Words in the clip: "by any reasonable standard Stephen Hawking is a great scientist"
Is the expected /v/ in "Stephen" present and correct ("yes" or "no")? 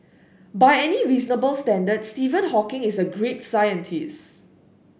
yes